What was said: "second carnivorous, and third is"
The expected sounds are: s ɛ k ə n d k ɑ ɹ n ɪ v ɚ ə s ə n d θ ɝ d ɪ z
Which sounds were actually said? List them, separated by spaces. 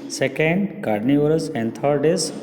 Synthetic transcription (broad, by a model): s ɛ k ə n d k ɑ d n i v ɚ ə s ə n d t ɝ d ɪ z